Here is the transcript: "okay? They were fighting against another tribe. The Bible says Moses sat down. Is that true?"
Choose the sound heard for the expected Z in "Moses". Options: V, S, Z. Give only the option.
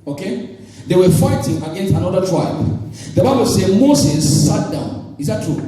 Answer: S